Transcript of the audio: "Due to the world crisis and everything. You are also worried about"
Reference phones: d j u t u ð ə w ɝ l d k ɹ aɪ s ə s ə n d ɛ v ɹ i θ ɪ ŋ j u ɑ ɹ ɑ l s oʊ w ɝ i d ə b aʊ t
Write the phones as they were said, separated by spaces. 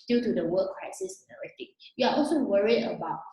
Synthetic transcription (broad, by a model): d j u t u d ə w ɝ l k ɹ aɪ s ə s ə n ɛ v ɹ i t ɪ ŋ j u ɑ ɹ ɑ l s oʊ w ɝ i d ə b aʊ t